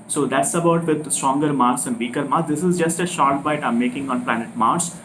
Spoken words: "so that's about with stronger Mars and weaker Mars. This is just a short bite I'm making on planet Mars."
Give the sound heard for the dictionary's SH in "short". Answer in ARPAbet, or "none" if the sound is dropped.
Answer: SH